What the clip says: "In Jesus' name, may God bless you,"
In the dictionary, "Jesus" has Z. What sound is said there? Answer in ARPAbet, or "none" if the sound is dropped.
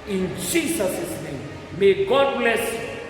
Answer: S